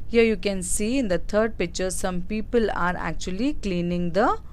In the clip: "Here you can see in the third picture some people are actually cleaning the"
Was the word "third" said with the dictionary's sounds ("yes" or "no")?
no